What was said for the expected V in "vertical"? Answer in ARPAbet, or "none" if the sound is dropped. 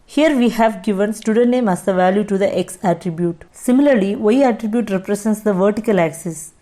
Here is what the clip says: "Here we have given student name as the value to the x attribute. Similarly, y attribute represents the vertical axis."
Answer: V